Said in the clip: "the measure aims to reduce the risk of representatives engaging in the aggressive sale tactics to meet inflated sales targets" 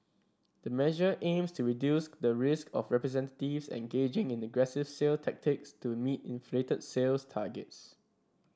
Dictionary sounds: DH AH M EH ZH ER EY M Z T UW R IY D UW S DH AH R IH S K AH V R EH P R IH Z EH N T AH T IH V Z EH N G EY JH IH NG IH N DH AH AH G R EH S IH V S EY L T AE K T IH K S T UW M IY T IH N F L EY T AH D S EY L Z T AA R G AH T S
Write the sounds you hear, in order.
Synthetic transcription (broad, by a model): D AH M EH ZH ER EY M S T UW R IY D UW S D AH R IH S K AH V R EH P R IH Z EH N T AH T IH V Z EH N G EY JH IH NG IH N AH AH G R EH S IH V S EY L T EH K T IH K S T UW M IY T IH N F L EY T AH D S EY L S T AA G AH T S